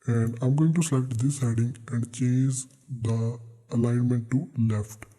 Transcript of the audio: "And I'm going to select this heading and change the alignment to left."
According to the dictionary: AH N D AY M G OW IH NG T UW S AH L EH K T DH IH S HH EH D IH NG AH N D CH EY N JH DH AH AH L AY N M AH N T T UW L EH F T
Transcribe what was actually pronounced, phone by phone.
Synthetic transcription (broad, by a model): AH N D AY M G OW IH NG T UW S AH L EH T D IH S HH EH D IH NG AH N D CH EY N JH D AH AH L AY N M AH N T T UW L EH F T